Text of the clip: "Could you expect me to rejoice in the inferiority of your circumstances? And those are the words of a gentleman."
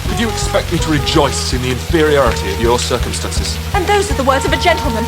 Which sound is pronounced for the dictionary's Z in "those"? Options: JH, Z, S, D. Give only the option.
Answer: Z